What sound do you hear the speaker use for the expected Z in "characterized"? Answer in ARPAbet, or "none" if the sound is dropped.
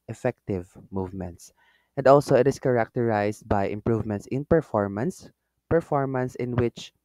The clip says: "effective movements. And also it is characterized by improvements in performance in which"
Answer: S